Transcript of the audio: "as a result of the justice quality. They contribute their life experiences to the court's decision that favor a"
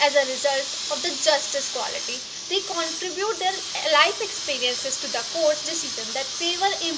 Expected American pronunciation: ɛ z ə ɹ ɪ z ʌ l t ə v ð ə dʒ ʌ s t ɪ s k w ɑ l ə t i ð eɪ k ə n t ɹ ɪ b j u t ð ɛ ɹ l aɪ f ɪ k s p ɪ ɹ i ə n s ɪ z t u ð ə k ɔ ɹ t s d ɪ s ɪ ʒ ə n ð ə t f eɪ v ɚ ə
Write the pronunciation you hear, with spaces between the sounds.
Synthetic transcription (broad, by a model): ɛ z ə ɹ ɪ z ʌ l t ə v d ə dʒ ʌ s t ɪ s k w ɑ l ə t i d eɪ k ə n t ɹ ɪ b j u t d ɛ ɹ l aɪ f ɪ k s p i ɹ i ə n s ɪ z t u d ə k ɔ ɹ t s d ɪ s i z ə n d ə t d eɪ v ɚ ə